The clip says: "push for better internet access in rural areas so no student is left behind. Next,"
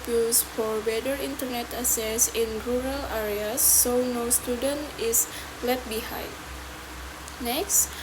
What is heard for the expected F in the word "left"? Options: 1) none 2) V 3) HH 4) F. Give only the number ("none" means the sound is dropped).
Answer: 1